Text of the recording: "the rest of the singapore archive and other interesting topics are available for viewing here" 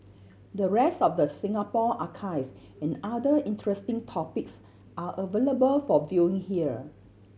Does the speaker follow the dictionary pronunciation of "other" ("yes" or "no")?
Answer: no